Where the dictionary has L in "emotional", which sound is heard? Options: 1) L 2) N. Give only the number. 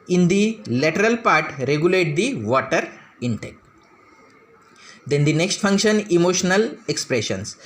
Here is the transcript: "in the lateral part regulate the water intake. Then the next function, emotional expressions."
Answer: 1